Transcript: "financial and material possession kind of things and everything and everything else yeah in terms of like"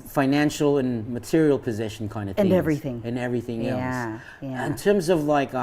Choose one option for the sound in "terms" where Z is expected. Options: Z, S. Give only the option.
Z